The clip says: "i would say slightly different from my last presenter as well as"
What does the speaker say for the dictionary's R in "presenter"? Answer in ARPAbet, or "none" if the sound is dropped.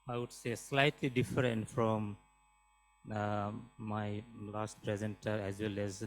R